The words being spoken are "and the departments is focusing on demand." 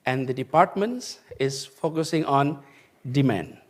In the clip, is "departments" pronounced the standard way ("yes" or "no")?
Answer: yes